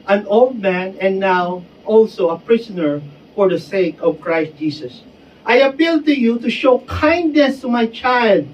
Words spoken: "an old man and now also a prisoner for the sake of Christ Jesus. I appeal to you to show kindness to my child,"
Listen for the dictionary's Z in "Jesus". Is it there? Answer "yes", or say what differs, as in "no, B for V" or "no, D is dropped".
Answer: no, S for Z